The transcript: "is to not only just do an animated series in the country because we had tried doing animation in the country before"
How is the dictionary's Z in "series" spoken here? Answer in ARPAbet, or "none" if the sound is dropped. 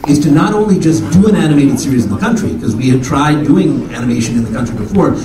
Z